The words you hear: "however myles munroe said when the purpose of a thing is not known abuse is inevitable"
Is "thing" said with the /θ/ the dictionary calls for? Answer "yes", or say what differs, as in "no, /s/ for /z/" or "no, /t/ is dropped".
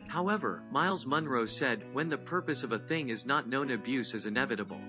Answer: yes